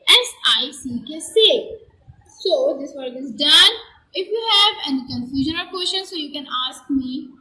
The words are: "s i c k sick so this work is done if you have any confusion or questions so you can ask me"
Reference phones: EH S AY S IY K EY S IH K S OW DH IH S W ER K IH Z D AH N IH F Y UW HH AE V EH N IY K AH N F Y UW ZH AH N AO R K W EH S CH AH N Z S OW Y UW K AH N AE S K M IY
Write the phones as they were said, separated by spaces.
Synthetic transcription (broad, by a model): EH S AY S IY K EY S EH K S OW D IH S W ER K IH Z D AH N IH F Y UW HH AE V EH N IY K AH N F Y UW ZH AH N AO L K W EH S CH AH N S OW Y UW K AH N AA S K M IY